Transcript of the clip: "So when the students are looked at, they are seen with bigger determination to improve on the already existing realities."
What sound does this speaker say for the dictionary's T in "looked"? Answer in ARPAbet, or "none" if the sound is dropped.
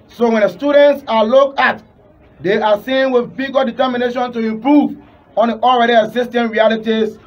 none